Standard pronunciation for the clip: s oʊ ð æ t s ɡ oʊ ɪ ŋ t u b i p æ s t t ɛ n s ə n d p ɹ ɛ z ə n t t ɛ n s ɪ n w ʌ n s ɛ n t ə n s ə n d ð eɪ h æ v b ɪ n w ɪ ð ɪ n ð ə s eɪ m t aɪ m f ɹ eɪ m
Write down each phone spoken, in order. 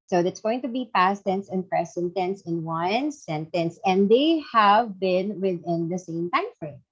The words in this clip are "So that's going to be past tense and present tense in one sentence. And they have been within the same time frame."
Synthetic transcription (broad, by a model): s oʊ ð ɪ t s ɡ oʊ ɪ ŋ t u b i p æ s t t ɛ n s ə n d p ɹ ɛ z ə n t t ɛ n s ɪ n w ʌ n s ɛ n t ə n s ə n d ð eɪ h æ v b ɪ n w ɪ ð ɪ n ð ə s eɪ m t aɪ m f ɹ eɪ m